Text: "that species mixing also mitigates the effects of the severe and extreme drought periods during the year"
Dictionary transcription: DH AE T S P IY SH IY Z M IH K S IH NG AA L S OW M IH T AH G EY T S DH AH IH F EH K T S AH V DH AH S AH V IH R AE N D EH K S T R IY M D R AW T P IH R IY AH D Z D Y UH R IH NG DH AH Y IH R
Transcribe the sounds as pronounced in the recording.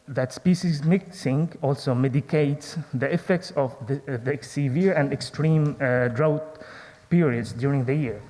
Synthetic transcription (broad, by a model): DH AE T S P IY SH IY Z M IH K S IH NG AA L S OW M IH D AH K EY T S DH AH IH F EH K T S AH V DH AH S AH V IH R AE N D EH K S T R IY M D R AW T P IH R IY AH D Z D Y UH R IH NG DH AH Y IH R